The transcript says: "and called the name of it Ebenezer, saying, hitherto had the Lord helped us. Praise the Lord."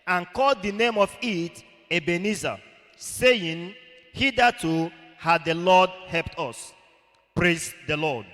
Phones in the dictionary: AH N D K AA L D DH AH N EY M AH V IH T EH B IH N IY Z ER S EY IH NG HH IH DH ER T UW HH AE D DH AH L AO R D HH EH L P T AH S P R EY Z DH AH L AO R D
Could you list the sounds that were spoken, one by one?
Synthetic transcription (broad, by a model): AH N K AA L D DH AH N EY M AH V IH T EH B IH N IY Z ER S EY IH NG HH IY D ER T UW HH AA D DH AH L AO D HH EH L P T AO S P R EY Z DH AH L AO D